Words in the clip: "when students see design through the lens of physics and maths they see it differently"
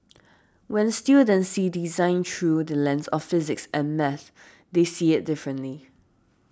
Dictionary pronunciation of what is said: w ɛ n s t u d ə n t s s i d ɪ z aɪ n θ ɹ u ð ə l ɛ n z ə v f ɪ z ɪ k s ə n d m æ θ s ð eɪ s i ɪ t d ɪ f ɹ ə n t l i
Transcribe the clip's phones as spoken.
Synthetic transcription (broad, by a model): w ɛ n s t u d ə n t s s i d ɪ z aɪ n t ɹ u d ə l ɛ n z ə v f ɪ z ɪ k s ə n m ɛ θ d eɪ s i ɪ t d ɪ f ɹ ə n t l i